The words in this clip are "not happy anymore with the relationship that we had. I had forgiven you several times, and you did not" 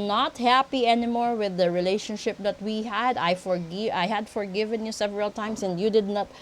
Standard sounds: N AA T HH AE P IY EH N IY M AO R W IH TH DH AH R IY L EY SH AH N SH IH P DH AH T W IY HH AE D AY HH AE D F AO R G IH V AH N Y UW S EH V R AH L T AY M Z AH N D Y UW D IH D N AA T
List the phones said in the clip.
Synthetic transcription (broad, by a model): N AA T HH AE P IY EH N IY M AO R W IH DH AH R IY L EY SH AH N SH IH P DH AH T W IY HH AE D AY HH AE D F AO R G IH V AH N Y UW S EH V R AH L T AY M S AH N D Y UW D IH D N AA T